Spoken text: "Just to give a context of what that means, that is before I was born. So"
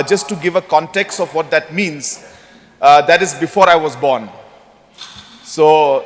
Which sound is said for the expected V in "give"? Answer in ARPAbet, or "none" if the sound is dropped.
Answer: V